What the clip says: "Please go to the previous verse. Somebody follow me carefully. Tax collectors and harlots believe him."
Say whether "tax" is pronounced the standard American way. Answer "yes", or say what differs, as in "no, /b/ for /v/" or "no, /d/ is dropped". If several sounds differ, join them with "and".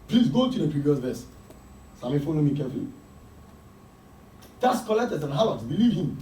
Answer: no, /k/ is dropped